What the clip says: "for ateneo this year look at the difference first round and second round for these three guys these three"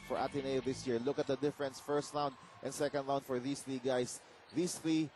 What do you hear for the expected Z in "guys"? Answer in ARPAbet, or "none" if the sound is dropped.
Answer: S